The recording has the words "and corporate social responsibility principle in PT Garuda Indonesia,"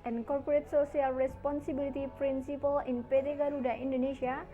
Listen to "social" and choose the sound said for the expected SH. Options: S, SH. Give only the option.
S